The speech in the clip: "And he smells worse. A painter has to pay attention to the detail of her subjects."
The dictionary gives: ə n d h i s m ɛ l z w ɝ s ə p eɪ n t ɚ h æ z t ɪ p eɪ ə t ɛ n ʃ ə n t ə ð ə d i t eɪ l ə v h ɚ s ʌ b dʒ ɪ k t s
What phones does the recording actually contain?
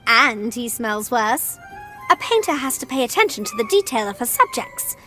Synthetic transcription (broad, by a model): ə n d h i s m ɛ l z w ɝ s ə p eɪ n t ɚ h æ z t ɪ p eɪ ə t ɛ n ʃ n t ə ð ə d i t eɪ l ə v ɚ s ʌ b dʒ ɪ k t s